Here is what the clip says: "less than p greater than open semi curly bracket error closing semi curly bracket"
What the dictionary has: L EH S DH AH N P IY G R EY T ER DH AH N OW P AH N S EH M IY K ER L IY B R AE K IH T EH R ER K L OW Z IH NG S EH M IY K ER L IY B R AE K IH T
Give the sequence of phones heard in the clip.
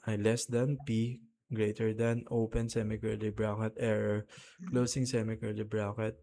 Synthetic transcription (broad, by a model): L EH S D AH N P IY G R EY T ER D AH N OW P AH N S EH M IY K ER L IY B R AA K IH T EH R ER K L OW S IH NG S EH M IY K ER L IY B R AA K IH T